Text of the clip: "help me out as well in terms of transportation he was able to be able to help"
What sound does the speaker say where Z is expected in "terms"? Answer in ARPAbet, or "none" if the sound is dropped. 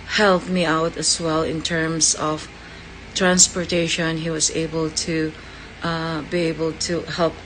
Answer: S